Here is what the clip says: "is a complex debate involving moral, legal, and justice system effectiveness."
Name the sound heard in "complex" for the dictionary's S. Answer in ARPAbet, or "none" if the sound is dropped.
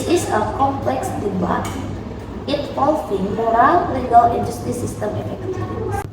S